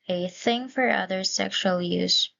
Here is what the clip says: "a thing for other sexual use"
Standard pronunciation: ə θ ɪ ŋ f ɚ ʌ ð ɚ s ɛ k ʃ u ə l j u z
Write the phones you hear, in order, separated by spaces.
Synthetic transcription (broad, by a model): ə θ ɪ ŋ f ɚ ʌ ð ɚ s ɛ k ʃ u ə l j u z